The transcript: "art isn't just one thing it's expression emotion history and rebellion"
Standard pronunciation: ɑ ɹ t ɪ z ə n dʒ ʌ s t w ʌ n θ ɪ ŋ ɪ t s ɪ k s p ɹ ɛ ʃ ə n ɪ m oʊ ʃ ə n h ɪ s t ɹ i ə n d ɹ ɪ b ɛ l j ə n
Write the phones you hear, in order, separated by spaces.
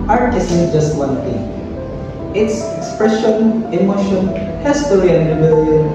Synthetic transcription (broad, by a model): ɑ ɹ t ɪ s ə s dʒ ʌ s t w ʌ n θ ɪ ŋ ɪ t s ɪ k s p ɹ ɛ ʃ ə n ɪ m oʊ ʃ ə n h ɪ s t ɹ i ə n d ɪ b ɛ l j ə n